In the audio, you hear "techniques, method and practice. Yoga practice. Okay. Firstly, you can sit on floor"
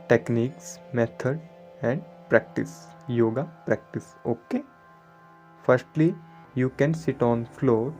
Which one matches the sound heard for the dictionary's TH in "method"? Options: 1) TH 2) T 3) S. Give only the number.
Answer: 2